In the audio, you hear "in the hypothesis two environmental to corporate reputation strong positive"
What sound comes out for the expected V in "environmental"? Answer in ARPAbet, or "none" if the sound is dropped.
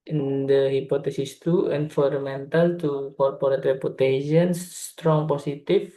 F